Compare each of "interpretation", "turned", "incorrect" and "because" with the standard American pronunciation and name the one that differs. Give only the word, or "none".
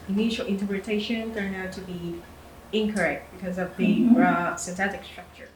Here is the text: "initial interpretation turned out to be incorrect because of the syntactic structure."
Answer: turned